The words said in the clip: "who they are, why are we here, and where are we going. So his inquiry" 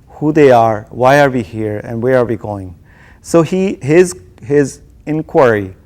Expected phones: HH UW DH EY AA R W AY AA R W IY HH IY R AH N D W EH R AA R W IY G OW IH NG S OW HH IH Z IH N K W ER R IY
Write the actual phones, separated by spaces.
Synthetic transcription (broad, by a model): HH UW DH EY AA R W AY AA R W IY HH IY R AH N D W EH R AA R W IY G OW IH NG S OW HH IH Z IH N K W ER R IY